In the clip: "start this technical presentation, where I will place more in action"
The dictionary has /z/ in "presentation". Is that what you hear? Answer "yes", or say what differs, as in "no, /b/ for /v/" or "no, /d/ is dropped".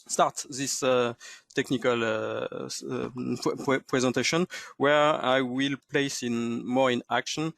yes